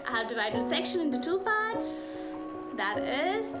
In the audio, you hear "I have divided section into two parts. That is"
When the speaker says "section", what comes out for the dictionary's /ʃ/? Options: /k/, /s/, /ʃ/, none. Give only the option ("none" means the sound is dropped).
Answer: /ʃ/